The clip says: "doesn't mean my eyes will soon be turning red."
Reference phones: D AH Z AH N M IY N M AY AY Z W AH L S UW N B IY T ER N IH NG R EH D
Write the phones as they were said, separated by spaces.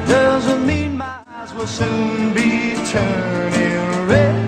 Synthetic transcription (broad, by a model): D AH Z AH N M IY N M AY AY Z W AH L S UW N B IY T ER N IH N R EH